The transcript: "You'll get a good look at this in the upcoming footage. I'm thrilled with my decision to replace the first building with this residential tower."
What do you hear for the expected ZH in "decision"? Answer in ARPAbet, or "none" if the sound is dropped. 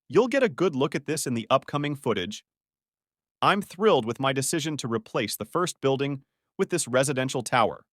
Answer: ZH